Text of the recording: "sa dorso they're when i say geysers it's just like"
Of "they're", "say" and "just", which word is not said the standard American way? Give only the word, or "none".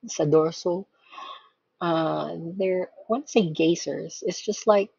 none